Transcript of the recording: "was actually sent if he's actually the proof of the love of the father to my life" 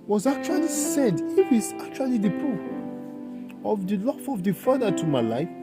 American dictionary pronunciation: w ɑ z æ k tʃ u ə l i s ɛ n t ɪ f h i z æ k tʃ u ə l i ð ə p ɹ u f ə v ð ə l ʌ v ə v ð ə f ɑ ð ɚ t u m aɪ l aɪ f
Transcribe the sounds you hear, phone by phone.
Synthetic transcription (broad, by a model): w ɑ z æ k tʃ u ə l i s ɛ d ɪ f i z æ k tʃ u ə l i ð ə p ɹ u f ə v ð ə l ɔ f ə v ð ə f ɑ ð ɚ t u m aɪ l aɪ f